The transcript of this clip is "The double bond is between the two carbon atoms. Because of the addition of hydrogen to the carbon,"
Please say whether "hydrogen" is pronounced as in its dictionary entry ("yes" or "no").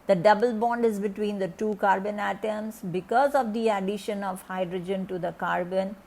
yes